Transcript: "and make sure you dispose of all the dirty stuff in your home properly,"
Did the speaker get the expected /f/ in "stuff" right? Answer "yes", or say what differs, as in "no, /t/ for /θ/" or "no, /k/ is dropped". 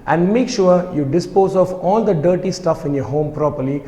yes